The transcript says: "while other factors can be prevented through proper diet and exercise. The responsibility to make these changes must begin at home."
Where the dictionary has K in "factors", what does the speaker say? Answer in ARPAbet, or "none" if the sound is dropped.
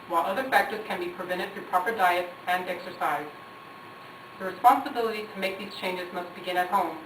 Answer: K